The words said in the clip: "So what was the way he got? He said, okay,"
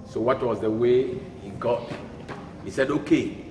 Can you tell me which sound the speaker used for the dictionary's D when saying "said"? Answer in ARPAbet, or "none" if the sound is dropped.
D